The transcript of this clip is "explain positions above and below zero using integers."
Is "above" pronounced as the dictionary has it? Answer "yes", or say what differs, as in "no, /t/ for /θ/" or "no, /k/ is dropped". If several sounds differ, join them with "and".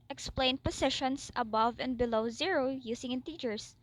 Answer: yes